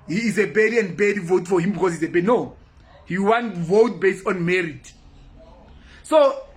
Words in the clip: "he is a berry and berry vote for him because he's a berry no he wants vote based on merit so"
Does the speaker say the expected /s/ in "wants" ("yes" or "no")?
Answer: no